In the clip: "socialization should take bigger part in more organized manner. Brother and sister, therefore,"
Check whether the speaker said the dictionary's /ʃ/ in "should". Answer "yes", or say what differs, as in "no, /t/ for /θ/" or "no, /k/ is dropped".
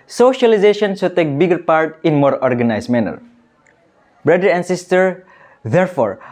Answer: no, /s/ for /ʃ/